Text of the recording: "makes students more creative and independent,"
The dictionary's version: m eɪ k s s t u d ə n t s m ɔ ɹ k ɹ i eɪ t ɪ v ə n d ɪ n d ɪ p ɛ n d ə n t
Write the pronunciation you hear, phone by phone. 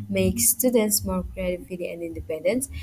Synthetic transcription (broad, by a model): m eɪ k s s t u d ə n t s m ɔ ɹ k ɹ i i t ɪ ə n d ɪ n d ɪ p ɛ n d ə n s